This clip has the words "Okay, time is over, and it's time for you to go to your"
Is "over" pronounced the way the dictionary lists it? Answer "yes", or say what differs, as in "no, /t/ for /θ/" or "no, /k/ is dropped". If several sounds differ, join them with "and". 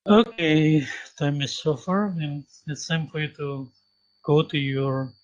no, /f/ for /v/